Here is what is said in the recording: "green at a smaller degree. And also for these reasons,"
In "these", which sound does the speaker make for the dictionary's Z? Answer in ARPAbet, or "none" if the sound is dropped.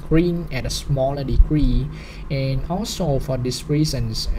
S